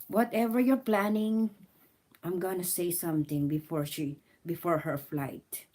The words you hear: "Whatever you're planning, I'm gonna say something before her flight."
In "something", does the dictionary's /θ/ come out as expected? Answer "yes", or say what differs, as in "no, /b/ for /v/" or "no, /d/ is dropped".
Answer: no, /t/ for /θ/